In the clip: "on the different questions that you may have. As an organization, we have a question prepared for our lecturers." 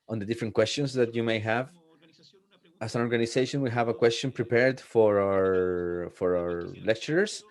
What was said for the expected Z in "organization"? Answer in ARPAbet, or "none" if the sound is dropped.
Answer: S